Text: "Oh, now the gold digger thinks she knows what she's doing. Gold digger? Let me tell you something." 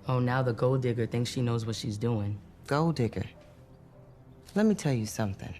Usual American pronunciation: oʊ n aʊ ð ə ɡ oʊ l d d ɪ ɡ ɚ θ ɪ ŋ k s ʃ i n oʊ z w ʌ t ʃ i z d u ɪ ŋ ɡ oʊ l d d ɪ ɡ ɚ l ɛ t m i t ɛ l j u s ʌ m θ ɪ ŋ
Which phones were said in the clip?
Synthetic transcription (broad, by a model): oʊ n aʊ ð ə ɡ oʊ l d d ɪ ɡ ɚ θ ɪ ŋ k s ʃ i n oʊ z w ʌ t ʃ i z d u ɪ ŋ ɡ oʊ l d d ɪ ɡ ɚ l ɛ t m i t ɛ l j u s ʌ m θ ɪ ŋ